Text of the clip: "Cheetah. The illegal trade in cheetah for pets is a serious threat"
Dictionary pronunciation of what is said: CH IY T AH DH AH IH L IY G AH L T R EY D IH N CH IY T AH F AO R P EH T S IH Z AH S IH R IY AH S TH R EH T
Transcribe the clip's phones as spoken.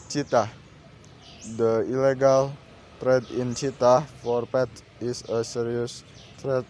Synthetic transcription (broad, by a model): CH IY T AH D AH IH L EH G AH L T R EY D IH N CH IY T AH F AO R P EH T IH S AH S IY R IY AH S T R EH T